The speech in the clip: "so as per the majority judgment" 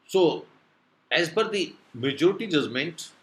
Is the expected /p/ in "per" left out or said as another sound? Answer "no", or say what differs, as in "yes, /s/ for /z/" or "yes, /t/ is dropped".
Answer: yes, /b/ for /p/